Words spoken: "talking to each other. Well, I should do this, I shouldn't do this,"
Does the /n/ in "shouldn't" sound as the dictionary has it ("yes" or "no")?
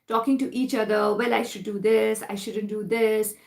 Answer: yes